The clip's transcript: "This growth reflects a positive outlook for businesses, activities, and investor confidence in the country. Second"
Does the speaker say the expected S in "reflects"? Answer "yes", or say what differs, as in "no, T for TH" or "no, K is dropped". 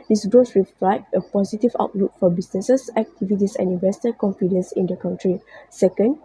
no, S is dropped